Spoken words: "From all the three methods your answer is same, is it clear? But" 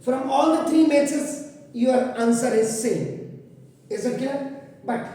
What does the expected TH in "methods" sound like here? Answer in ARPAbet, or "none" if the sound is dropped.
S